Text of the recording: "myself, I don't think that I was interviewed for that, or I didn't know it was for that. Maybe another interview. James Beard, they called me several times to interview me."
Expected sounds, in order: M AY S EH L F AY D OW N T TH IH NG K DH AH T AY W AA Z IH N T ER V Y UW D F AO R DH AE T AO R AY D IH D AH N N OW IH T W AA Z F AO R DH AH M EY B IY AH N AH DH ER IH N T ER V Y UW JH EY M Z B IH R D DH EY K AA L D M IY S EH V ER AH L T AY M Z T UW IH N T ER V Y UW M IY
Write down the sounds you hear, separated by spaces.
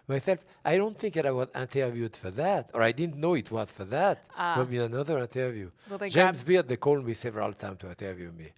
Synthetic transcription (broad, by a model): M AY S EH L F AY D OW N T TH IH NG K DH AH T AY W AA Z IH N T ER V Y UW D F AO R DH AE T AO R AY D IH D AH N N OW IH T W AA Z F AO R DH AH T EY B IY AH N AH DH ER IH N T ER V Y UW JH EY M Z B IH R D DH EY K AA L D M IY S EH V ER AH L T AY M T UW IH N T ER V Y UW M IY